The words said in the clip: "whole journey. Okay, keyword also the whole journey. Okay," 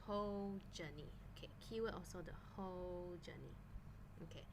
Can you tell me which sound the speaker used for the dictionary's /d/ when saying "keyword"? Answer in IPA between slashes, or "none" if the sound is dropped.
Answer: none